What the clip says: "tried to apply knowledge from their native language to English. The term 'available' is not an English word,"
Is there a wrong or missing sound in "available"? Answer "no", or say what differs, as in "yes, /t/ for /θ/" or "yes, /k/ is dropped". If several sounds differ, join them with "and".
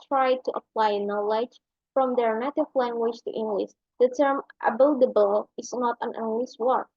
yes, /b/ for /v/